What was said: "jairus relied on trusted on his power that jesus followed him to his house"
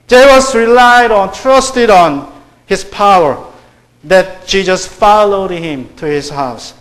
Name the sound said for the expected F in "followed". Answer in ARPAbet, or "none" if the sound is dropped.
F